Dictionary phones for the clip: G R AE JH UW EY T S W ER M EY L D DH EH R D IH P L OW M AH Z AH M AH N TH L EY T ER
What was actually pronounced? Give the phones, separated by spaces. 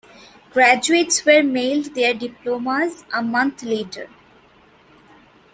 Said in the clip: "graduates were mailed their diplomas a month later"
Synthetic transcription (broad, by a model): G R AE JH UW EY T S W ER M EY L D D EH R D IH P L OW M AH Z AH M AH N T L EY T ER